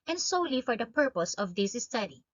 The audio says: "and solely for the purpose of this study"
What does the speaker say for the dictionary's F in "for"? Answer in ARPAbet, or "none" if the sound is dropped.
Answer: F